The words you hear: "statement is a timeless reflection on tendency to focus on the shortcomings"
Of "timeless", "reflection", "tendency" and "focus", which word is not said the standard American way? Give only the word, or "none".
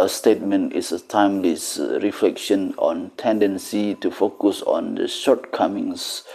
none